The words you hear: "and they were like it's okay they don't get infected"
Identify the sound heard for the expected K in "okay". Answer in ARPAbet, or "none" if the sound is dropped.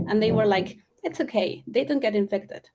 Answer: K